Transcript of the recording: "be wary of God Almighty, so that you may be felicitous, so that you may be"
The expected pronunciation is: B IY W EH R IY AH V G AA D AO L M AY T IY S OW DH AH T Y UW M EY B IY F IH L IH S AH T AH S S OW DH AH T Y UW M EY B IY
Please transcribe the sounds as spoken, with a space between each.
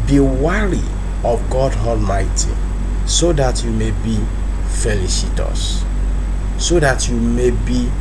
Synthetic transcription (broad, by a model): B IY W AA R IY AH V G AA D AO L M AY T IY S OW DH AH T Y UW M EY B IY F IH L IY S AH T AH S S OW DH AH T Y UW M EY B IY